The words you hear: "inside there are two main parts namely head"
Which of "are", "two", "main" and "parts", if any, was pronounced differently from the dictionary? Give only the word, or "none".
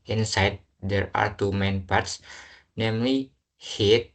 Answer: none